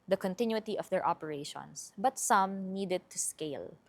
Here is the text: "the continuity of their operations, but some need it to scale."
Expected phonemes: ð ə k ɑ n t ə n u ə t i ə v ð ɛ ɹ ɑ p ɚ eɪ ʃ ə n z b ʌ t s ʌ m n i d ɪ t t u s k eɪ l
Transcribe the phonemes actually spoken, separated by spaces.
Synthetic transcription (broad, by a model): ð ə k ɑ n t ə n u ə t i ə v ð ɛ ɹ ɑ p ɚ eɪ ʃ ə n s b ʌ t s ʌ m n i d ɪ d t u s k eɪ l